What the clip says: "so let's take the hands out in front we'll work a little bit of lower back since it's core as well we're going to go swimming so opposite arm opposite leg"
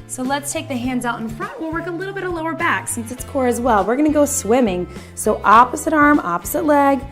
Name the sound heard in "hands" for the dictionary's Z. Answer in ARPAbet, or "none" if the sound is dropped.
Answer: Z